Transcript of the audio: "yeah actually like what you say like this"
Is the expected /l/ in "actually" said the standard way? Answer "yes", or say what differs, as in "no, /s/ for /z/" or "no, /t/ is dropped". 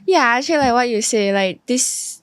no, /l/ is dropped